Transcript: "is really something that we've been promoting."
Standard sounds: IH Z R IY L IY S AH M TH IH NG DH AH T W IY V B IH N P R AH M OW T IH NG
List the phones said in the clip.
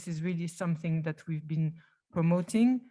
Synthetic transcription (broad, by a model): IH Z R IY L IY S AH M TH IH NG DH AH T W IY V B IH N P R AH M OW T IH NG